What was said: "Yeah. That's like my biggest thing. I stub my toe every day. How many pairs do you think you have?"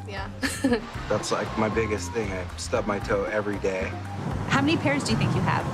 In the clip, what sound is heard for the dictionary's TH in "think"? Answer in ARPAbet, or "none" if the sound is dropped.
TH